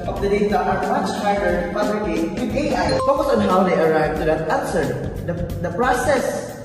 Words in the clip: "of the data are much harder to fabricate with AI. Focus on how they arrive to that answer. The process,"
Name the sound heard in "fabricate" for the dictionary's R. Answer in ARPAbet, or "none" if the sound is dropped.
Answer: L